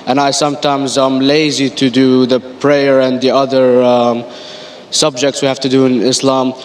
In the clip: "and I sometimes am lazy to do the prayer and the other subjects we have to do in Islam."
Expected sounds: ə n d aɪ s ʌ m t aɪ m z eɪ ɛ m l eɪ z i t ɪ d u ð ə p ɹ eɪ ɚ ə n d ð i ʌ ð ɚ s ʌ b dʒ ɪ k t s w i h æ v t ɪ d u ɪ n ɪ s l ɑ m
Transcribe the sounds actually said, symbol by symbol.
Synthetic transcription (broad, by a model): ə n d aɪ s ʌ m t aɪ m z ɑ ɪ m l eɪ z i t ɪ d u ð ə p ɹ eɪ ɚ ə n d ð i ʌ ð ɚ s ʌ b dʒ ɪ k t s w i h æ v t ɪ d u ɪ n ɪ s l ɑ m